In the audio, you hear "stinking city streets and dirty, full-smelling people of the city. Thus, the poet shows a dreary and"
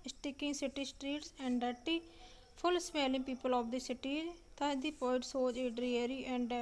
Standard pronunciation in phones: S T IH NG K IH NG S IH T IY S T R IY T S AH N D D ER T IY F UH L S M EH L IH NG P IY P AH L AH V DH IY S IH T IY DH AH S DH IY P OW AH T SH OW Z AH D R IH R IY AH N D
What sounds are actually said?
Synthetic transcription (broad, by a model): S T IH K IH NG S IH T IY S T R IY T S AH N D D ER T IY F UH L S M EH L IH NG P IY P AH L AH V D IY S IH T IY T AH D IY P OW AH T S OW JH AH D R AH R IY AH N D